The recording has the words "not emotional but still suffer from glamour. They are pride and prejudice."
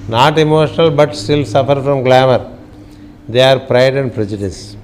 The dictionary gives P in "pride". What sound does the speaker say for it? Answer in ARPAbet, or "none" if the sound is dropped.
P